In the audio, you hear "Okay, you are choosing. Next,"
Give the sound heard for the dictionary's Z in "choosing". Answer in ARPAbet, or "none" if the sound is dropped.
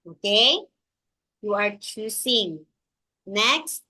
S